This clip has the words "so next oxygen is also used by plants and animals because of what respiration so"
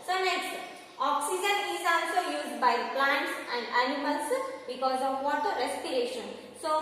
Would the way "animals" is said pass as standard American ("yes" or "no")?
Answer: no